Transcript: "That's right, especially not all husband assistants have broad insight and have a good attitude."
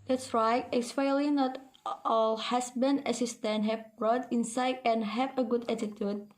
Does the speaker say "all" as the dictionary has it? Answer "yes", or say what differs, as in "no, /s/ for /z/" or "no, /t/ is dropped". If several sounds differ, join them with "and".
yes